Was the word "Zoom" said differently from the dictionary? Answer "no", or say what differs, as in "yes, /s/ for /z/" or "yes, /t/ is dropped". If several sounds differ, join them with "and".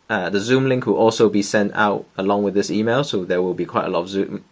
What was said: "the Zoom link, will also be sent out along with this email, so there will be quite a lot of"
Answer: no